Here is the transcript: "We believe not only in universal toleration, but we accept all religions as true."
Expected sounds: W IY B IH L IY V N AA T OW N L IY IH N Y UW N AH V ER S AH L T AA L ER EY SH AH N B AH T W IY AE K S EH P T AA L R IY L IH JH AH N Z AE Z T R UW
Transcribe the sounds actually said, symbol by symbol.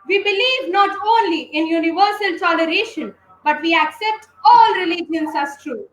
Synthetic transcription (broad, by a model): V IY B IH L IY V N AA T OW N L IY IH N Y UW N AH V ER S AH L T AA L ER EY SH AH N B AH T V IY AE K S EH P T AA L R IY L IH JH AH N S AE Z T R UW